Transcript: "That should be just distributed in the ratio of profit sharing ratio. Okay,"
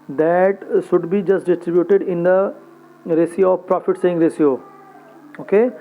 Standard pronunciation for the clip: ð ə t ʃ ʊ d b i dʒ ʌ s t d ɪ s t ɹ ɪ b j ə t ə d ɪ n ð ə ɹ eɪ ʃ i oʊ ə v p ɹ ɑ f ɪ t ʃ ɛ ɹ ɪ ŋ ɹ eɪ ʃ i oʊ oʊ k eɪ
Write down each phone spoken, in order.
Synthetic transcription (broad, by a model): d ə t ʃ ʊ d b i dʒ ʌ s t d ɪ s t ɹ ɪ b j ə t ə d ɪ n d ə ɹ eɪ s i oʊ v p ɹ ɑ f ɪ t s ɛ ɪ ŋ ɹ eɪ s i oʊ oʊ k eɪ